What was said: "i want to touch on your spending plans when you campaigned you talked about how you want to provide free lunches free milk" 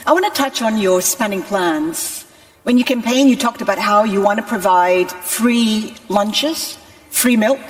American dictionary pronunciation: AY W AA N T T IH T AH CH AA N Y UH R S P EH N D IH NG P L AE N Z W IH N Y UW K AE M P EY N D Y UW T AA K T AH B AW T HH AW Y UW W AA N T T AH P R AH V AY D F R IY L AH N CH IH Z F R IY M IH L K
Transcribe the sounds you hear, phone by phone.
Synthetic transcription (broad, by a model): AY W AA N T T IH T AH CH N Y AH R S P EH N D IH NG P L AE N Z W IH N Y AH K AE M P EY N Y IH T AA K T AH B AW T HH AW Y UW W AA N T T AH P R AH V AY D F R IY L AH N CH IH Z F R IY M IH L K